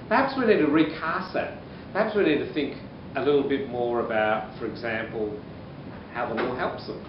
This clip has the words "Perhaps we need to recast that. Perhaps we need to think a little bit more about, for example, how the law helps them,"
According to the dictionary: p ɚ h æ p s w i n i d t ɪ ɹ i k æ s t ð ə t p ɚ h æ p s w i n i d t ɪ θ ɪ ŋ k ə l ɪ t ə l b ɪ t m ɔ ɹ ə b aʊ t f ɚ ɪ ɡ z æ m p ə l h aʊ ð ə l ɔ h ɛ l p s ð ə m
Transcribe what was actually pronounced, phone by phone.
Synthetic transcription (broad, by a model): p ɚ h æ p s w i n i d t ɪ ɹ i k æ s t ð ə t p ɚ h æ p s w i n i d t ɪ θ ɪ ŋ k ə l ɪ t l b ɪ t m ɔ ɹ ə b aʊ t f ɚ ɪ ɡ z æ m p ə l h aʊ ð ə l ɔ h ɛ l p s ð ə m